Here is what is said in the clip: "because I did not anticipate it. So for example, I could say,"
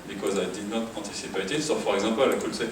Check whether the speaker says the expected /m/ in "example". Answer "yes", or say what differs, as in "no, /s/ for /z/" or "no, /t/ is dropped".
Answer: no, /m/ is dropped